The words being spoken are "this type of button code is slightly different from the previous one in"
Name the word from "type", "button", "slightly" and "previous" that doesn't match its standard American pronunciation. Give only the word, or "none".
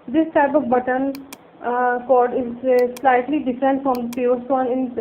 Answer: previous